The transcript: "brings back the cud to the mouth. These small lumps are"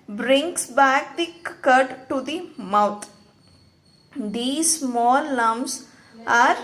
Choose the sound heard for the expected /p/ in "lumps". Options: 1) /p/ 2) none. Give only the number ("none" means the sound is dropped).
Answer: 2